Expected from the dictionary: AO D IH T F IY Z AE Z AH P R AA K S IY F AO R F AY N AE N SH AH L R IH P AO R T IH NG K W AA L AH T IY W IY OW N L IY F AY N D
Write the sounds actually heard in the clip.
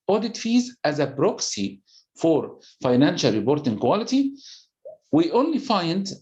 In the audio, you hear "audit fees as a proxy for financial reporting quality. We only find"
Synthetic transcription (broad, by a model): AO D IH T F IY Z AE Z AH B R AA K S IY F AO R F AY N AE N SH AH L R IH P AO R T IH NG K W AA L AH T IY W IY OW N L IY F AY N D